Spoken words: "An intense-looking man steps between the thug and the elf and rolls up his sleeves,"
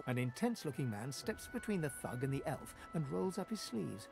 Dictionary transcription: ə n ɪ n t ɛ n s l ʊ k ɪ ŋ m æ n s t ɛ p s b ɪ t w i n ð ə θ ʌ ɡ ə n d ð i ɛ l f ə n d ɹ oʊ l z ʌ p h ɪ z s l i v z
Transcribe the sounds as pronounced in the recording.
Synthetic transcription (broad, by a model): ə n ɪ n t ɛ n s l ʊ k ɪ ŋ m æ n s t ɛ p s b ɪ t w i n ð ə θ ʌ ɡ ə n ð i ɛ l f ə n ɹ oʊ l z ʌ p h ɪ z s l i v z